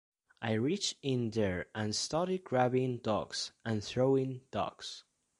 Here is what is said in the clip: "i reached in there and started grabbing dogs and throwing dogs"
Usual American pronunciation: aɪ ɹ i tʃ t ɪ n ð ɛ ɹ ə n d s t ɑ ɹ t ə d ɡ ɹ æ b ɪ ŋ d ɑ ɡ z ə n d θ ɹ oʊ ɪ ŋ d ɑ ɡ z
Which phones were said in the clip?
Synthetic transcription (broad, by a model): aɪ ɹ i tʃ ɪ n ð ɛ ɹ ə n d s t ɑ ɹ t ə d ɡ ɹ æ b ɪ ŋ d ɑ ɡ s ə n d θ ɹ oʊ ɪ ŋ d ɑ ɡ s